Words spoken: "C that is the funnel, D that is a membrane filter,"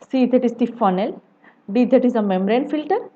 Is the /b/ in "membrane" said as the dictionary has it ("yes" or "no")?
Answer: no